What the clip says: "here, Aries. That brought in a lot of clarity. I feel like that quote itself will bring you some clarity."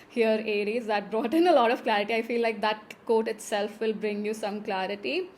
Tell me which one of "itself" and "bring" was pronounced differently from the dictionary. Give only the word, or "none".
none